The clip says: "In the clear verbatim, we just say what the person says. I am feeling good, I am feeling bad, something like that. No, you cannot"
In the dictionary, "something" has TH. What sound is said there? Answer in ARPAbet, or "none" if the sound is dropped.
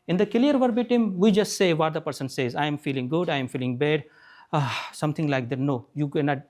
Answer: T